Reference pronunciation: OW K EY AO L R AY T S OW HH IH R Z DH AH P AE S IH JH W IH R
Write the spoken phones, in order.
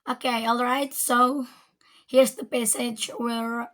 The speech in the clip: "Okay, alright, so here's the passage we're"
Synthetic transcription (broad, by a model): OW K EY AO L R AY T S OW HH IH R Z DH AH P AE S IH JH W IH R